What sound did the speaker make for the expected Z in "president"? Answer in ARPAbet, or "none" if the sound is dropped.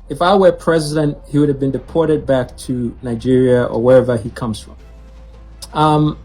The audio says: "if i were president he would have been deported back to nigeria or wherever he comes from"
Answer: Z